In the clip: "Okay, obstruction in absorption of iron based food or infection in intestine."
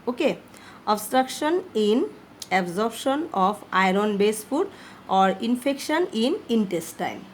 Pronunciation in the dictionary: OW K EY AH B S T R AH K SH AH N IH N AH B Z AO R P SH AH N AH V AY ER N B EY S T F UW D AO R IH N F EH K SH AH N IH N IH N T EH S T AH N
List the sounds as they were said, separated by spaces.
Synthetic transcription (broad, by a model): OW K EY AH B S T R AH K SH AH N IH N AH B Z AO R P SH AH N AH P AY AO N B EY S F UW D AO R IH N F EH K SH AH N IH N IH N T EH S T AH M